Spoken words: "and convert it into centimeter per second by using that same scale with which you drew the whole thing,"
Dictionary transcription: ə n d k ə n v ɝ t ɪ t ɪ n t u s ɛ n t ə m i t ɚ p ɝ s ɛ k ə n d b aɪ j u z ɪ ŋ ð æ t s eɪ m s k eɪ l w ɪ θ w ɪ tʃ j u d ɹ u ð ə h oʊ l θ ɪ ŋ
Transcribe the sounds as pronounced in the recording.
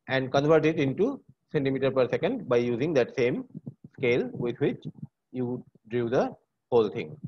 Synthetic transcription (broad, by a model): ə n d k ə n v ɝ t ɪ t ɪ n t u s ɛ n t ə m i t ɚ p ɝ s ɛ k ə n d b aɪ j u z ɪ ŋ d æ t s eɪ m s k eɪ l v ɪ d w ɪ tʃ j u d ɹ u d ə h oʊ l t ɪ ŋ